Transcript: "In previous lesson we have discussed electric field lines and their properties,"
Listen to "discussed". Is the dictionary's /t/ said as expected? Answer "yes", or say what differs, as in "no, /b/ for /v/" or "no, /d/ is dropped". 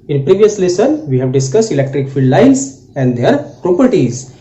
yes